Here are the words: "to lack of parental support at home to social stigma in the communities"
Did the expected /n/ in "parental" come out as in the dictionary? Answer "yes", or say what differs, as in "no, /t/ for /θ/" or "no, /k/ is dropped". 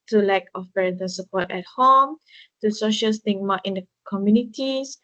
no, /n/ is dropped